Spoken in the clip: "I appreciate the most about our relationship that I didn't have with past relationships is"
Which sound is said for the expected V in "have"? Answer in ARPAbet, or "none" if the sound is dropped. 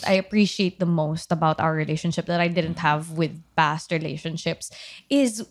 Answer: V